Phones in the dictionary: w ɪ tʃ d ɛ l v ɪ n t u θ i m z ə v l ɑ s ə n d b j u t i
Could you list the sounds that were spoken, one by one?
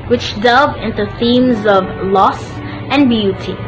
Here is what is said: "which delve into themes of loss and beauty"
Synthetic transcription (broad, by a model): w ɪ tʃ d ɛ l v ɪ n t u θ i m z ə v l ɑ s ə n b j u t i